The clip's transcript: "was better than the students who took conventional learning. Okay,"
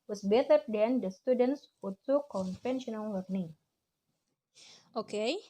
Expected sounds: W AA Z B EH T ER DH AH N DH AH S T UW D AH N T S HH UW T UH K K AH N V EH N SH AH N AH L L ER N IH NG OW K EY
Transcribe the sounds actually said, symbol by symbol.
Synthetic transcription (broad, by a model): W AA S B EH T ER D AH N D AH S T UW D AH N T S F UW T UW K K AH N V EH N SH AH N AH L W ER N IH NG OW K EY